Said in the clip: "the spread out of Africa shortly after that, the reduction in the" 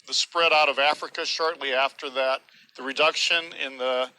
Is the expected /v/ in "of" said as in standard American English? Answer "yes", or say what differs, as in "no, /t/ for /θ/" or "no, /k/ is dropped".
yes